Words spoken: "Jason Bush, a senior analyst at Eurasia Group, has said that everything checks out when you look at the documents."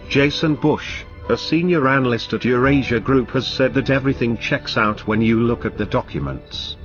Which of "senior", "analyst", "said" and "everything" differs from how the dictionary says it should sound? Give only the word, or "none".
none